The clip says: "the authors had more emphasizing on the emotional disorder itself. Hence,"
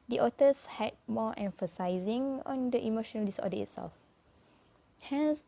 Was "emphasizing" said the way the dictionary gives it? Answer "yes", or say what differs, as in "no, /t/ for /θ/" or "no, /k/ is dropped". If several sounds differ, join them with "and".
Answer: yes